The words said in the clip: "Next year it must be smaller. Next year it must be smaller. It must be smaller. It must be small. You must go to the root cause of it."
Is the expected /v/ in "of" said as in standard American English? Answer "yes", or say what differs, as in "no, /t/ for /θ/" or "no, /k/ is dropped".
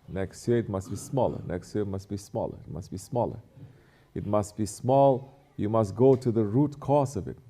yes